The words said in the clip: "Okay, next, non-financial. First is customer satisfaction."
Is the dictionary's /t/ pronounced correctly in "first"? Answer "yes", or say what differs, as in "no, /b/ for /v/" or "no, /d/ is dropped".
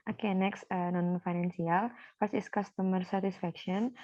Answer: no, /t/ is dropped